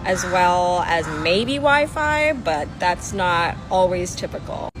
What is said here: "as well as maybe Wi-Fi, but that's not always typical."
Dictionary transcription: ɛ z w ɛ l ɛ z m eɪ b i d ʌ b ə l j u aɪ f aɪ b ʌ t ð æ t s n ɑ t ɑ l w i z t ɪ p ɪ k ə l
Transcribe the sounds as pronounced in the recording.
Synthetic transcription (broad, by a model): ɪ z w ɛ l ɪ z m eɪ i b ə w aɪ f aɪ b ʌ t ð æ t s n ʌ t ɑ l w i z t ɪ p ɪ k l